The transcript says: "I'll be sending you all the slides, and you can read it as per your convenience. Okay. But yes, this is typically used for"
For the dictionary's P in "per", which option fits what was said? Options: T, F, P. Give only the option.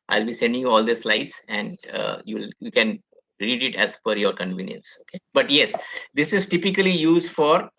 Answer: F